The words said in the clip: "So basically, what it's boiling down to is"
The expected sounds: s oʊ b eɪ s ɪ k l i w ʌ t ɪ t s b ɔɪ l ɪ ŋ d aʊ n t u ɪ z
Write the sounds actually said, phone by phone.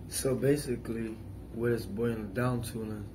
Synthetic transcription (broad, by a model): s oʊ b eɪ s ɪ k l i w ʌ t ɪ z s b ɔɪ ɪ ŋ d aʊ n t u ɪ